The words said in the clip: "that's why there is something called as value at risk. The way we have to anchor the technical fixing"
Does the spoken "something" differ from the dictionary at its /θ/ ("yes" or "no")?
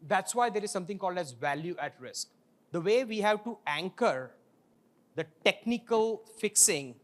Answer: yes